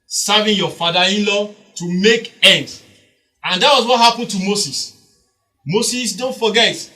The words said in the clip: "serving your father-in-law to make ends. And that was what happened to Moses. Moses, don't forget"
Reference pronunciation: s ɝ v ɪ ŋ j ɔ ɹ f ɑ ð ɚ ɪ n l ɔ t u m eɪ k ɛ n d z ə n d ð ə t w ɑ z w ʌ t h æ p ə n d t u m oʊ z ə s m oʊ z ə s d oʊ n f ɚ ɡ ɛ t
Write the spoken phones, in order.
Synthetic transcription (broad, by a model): s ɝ v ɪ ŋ j ɔ f ɑ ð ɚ ɪ n l ɔ t u m eɪ k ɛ n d ə n d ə t w ɑ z w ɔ t h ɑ p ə n t u m oʊ s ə s m oʊ s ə s d oʊ n f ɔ ɡ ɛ t